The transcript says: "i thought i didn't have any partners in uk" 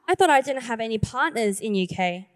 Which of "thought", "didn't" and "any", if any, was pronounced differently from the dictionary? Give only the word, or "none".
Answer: none